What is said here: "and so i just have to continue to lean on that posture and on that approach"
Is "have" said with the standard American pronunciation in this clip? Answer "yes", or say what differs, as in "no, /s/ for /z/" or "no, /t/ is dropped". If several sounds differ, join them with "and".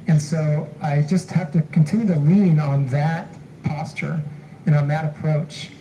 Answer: no, /f/ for /v/